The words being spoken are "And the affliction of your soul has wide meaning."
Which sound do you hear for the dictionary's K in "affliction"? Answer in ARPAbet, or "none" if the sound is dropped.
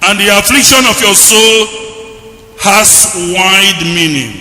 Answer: K